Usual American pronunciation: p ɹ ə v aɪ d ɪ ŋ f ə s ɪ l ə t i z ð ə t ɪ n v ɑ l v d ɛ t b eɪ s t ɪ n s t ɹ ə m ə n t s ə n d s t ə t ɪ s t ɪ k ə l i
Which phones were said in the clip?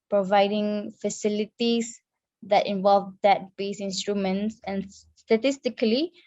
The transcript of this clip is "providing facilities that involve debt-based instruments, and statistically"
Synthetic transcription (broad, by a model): p ɹ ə v aɪ d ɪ ŋ f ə s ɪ l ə t i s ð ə t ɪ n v ɑ l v d ɛ t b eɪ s ɪ n s t ɹ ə m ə n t s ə n s t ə t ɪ s t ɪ k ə l i